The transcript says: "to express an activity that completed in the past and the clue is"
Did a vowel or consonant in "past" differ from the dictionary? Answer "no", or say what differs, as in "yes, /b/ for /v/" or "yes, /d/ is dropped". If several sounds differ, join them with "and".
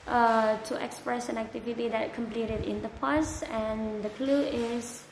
yes, /t/ is dropped